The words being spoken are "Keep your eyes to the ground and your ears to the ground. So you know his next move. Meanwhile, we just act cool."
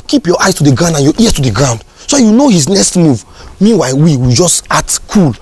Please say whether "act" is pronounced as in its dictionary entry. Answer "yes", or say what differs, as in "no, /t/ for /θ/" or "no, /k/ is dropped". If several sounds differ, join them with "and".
no, /k/ is dropped